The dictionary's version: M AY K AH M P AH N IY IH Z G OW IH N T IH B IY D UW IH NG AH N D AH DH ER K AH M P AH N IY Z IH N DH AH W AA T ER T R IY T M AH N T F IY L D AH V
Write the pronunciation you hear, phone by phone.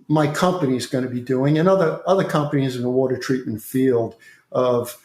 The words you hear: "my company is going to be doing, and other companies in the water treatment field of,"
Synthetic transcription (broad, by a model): M AY K AH M P AH N IY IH Z G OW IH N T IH B IY D UW IH NG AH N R AH DH ER K AH M P AH N IY Z IH N DH AH W AA T ER T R IY T M N T F IY L D AH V